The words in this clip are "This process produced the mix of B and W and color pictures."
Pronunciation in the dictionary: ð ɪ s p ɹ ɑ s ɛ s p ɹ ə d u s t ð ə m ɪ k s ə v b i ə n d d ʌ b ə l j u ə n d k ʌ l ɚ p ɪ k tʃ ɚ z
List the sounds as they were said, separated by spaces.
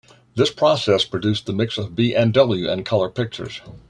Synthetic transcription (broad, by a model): ð ɪ s p ɹ ɑ s ɛ s p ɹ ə d u s ð ə m ɪ k s ə v b i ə n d d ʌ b l j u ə n k ʌ l ɚ p ɪ k tʃ ɚ z